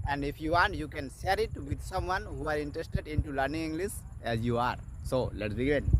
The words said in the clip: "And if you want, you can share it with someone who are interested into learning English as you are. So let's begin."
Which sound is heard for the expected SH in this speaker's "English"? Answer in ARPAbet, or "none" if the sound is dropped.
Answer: S